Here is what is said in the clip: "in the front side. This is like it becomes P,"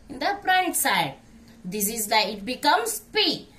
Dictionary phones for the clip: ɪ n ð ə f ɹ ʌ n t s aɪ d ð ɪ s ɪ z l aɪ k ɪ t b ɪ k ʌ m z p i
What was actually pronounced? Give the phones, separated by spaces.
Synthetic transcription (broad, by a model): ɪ n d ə p ɹ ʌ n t s aɪ d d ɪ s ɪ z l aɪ ɪ t b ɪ k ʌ m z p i